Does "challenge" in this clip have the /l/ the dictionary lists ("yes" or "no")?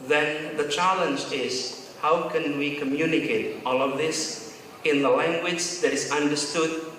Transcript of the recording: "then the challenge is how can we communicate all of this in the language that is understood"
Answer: yes